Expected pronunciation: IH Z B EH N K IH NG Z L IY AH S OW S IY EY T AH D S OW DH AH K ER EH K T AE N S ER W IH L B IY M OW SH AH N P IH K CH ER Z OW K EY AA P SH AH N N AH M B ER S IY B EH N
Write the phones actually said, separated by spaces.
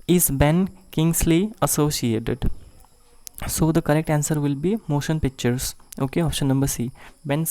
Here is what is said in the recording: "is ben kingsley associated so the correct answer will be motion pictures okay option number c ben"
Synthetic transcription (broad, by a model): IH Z B EH N K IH NG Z L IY AH S OW S IY EY T AH D S OW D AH K ER EH K T AE N S ER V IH L B IY M OW SH AH N P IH K CH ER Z OW K EY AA P SH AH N N AH M B ER S IY B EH N